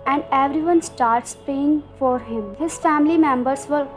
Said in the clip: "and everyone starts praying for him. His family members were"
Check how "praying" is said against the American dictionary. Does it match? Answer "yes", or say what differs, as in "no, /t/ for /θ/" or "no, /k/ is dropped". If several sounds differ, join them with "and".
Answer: no, /ɹ/ is dropped